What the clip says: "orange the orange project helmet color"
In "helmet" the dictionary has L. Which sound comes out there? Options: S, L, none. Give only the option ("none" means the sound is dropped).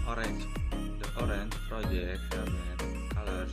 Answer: none